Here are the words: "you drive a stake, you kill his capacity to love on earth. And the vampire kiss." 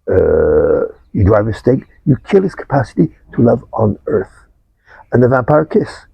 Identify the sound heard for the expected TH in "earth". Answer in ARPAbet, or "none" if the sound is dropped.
TH